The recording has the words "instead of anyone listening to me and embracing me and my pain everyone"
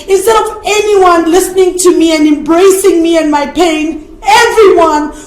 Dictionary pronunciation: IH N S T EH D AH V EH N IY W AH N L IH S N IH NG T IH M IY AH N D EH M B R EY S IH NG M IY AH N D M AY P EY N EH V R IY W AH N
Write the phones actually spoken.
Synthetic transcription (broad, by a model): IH N S T EH D AH V EH N IY W AH N L IH S N IH NG T IH M IY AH N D EH M B R EY S IH NG M IY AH N M AY P EY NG EH V R IY W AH N